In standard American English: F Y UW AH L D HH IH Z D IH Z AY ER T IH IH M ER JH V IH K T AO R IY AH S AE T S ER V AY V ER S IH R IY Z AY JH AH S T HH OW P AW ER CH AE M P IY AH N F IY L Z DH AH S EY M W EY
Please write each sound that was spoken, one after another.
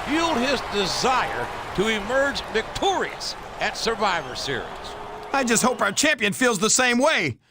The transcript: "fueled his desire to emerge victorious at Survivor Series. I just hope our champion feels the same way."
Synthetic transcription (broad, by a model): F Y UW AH L D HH IH Z D IH Z AY ER T IH IH M ER JH V IH K T AO R IY AH S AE T S ER V AY V ER S IH R IY Z AY JH AH S T HH OW P AW ER CH AE M P IY AH N F IY L Z DH AH S EY M W EY